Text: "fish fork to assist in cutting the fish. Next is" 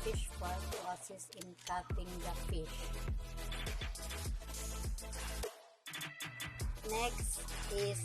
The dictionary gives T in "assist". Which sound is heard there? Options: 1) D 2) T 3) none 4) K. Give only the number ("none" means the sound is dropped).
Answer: 3